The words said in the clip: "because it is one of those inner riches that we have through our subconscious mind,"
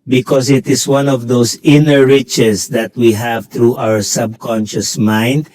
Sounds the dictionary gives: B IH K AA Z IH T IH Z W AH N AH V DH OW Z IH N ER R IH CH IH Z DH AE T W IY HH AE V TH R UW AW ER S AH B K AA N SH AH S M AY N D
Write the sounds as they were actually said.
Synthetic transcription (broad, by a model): B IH K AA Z IH T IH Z W AH N AH V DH OW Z IH N ER R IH CH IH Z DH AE T W IY HH AE V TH R UW AW ER S AH B K AA N SH AH S M AY N D